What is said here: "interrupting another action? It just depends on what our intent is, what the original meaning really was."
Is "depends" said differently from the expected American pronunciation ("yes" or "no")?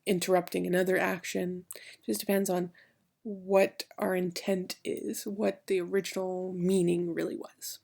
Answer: no